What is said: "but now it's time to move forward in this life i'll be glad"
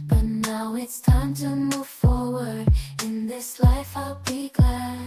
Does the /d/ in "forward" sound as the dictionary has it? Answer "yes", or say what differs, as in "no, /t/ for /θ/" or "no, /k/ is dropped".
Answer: yes